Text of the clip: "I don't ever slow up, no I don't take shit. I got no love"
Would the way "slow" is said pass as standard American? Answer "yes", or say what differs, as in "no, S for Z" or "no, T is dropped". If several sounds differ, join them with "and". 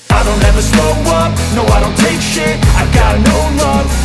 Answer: no, L is dropped